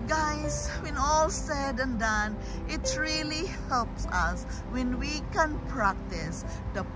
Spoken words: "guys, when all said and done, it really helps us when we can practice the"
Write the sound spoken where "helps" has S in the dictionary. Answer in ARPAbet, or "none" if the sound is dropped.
S